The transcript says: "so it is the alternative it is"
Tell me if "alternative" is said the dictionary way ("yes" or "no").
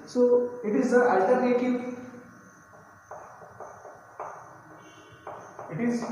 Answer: no